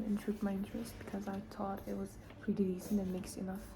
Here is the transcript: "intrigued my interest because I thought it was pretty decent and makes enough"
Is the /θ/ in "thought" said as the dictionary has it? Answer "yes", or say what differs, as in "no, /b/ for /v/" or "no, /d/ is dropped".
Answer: no, /t/ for /θ/